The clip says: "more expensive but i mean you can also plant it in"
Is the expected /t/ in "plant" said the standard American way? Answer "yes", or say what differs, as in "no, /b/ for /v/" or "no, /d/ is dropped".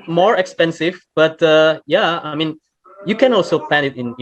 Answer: no, /t/ is dropped